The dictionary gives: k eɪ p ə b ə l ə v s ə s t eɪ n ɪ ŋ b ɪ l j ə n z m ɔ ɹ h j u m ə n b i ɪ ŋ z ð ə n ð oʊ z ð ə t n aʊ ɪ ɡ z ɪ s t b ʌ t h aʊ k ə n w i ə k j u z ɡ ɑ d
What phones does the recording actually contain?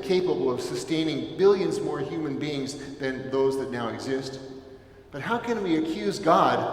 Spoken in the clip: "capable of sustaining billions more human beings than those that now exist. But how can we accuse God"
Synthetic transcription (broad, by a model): k eɪ p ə b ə l ə v s ə s t eɪ n ɪ ŋ b ɪ l j ə n z m ɔ ɹ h j u m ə n b i ɪ ŋ z ð ə n ð oʊ z ð ə t n aʊ ɪ ɡ z ɪ s t b ʌ t h aʊ k ə n w i ə k j u z ɡ ɑ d